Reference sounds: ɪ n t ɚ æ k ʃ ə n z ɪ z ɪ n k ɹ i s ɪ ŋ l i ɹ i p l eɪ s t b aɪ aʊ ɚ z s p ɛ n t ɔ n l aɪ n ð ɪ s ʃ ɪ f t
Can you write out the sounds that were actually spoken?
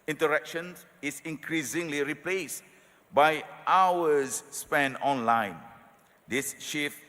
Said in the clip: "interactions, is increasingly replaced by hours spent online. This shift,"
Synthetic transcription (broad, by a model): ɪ n t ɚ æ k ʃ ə n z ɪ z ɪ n k ɹ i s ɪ ŋ l i ɹ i p l eɪ s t b aɪ aʊ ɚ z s p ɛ n ɔ n l aɪ n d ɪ s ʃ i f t